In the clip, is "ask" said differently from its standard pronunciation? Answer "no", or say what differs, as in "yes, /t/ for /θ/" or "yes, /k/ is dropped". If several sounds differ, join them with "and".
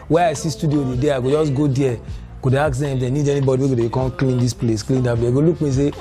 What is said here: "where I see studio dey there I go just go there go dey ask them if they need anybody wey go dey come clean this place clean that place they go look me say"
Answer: yes, /s/ is dropped